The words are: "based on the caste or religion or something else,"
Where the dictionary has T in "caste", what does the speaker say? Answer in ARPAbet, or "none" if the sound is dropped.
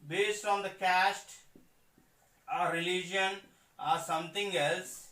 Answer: T